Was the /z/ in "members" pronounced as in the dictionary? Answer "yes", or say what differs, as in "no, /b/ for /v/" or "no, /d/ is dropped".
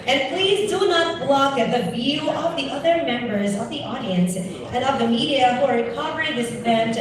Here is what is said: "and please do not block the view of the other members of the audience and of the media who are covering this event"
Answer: yes